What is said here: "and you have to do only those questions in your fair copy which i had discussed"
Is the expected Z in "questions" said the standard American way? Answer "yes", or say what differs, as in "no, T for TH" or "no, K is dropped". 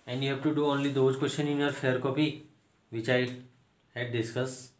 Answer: no, Z is dropped